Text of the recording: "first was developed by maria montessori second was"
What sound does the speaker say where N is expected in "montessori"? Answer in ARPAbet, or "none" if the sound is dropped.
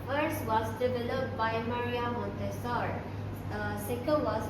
N